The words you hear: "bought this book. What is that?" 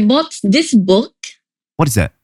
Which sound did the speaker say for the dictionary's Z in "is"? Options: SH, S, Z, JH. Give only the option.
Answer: Z